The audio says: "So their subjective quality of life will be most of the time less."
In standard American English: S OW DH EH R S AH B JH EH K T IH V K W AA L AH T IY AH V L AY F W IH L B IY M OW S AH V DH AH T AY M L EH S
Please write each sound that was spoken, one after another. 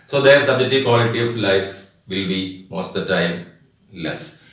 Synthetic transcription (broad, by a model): S OW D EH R S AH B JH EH T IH K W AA L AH T IY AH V L AY F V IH L B IY M OW S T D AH T AY M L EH S